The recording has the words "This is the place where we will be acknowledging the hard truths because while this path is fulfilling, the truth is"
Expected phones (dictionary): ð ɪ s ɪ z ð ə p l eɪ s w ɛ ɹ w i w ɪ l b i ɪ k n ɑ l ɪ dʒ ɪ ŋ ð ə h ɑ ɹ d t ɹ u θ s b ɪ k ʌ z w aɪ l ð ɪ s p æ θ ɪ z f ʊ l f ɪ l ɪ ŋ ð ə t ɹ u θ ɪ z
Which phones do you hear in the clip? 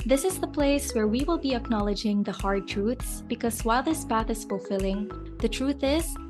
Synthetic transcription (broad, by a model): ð ɪ s ɪ z ð ə p l eɪ s w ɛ ɹ w i w ɪ l b i ɪ k n ɑ l ɪ dʒ ɪ ŋ ð ə h ɑ ɹ d t ɹ u θ s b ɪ k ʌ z w aɪ l ð ɪ s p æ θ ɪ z f ʊ l f ɪ l ɪ ŋ ð ə t ɹ u θ ɪ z